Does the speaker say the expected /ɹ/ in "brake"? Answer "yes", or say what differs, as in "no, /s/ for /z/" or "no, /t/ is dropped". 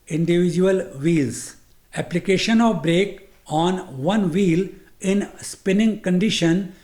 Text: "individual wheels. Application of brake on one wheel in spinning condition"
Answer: yes